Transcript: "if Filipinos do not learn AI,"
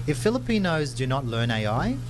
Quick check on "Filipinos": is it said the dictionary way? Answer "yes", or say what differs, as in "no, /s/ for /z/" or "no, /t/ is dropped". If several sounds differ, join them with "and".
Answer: yes